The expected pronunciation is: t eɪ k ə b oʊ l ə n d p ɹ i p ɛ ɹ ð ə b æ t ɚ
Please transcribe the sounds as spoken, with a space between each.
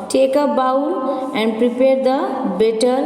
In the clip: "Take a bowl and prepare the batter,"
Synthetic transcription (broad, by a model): t eɪ k ə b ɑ w ə n d p ɹ i p ɛ ɹ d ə b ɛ t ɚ